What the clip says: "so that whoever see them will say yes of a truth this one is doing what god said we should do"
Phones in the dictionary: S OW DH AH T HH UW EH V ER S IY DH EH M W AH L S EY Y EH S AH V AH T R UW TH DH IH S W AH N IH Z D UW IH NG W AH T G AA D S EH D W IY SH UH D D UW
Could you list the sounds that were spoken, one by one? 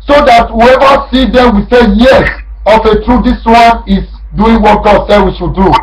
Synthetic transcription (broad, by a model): S OW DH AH T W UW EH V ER S IY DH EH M W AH S EY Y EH AH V AH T R UW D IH S W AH N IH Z D UW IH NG W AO T G AA D S EH D W IY SH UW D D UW